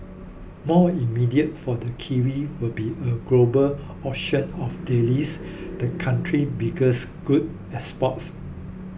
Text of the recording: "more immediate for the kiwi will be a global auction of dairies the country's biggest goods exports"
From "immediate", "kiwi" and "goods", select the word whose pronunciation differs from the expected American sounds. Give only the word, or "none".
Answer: goods